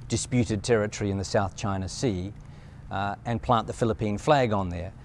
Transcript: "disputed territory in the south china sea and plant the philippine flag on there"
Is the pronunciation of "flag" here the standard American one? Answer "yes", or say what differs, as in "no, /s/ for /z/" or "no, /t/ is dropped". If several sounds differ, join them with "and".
yes